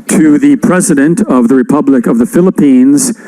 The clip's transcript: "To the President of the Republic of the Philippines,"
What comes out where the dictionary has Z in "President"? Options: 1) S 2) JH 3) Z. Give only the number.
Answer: 3